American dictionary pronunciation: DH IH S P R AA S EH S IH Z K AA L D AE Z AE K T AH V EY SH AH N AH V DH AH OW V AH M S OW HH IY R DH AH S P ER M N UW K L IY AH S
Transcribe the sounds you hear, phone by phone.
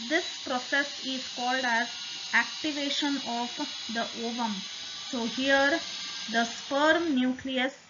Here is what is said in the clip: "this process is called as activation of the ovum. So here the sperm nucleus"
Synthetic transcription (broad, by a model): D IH S P R AA S EH S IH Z K AA L D AE Z AE K T AH V EY SH AH N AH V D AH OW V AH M S OW HH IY R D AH S P ER M N UW K L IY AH S